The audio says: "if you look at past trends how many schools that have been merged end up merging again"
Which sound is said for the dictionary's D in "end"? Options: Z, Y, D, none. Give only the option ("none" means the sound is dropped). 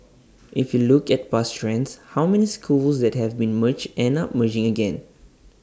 none